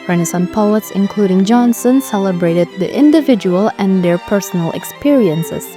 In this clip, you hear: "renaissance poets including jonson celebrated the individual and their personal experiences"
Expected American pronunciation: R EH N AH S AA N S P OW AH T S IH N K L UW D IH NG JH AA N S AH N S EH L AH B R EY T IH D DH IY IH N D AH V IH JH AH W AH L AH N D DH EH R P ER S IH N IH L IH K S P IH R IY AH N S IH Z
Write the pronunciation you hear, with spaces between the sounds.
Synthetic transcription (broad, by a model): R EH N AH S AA N P OW AH T S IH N K L UW D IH NG JH AA N S AH N S EH L AH B R EY T IH D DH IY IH N D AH V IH JH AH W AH L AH N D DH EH R P ER S IH N IH L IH K S P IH R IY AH N S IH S